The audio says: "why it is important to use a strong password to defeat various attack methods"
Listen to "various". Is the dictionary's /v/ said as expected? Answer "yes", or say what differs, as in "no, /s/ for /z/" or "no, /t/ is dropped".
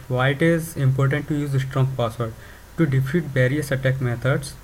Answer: no, /b/ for /v/